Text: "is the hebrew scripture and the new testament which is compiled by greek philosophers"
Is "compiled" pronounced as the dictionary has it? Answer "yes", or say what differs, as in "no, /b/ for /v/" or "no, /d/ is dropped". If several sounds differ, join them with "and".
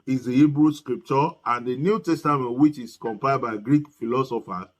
no, /l/ is dropped